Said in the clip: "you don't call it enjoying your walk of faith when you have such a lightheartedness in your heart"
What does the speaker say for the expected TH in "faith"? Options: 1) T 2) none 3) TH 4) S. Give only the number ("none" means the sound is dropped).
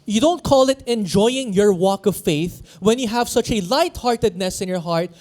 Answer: 3